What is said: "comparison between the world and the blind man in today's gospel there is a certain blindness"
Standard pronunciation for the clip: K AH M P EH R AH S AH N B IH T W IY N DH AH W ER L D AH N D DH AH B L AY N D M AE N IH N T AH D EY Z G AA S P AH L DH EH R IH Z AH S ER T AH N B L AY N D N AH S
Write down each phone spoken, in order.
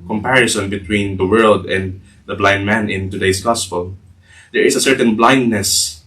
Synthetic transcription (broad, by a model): K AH M P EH R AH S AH N B IH T W IY N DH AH W ER L D AH N D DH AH B L AY N D M AE N IH N T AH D EY S G AA S P AH L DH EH R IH S AH S ER T AH N B L AY N D N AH S